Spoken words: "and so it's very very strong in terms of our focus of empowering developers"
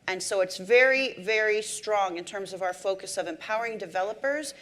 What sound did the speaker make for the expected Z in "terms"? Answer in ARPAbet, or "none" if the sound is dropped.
Z